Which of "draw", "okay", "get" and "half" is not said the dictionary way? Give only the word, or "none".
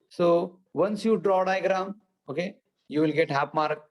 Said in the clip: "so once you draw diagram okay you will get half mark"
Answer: half